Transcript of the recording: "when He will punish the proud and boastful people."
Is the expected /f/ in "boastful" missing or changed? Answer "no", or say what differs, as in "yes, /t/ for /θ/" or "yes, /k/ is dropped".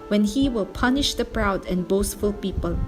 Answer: no